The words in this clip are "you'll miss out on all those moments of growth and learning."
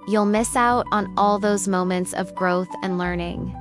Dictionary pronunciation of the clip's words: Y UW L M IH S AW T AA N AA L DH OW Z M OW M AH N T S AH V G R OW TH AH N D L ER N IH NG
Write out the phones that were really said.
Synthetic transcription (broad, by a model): Y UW L M IH S AW T N AA L DH OW Z M OW M AH N T S AH V G R OW TH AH N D L ER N IH NG